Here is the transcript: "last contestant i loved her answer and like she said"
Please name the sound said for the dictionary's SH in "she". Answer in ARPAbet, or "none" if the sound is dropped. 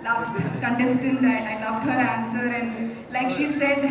SH